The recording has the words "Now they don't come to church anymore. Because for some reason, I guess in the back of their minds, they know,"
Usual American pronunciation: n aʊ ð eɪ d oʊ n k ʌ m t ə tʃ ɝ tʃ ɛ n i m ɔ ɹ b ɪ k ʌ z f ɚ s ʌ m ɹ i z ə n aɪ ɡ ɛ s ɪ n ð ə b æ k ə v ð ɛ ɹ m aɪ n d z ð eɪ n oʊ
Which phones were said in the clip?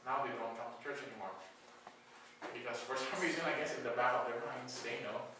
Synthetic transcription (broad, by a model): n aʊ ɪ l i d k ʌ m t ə tʃ ɝ tʃ ɛ n i m ɔ ɹ b ɪ k ʌ z f ɚ s ʌ m ɹ i z ə n aɪ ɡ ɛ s ɪ n ð ə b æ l ə v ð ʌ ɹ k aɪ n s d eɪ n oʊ